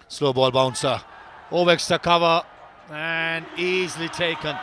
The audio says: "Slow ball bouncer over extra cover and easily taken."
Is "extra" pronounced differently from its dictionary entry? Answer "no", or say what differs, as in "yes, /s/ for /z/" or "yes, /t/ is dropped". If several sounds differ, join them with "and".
yes, /ɹ/ is dropped